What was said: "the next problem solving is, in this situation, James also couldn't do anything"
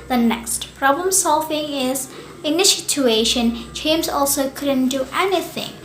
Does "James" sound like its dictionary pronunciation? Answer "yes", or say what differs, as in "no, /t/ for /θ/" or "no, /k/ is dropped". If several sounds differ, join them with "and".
no, /tʃ/ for /dʒ/